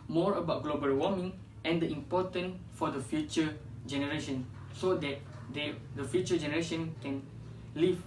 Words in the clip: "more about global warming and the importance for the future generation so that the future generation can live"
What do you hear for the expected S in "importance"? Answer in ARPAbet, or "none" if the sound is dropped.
none